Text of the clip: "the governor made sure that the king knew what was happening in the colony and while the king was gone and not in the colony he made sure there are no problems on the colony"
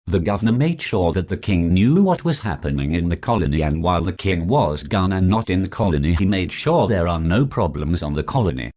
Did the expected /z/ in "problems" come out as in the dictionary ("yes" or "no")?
yes